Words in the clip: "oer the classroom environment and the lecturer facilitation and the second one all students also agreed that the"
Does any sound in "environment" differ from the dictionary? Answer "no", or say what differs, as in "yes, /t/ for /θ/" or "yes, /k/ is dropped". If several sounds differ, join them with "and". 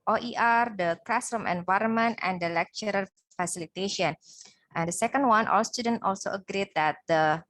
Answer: no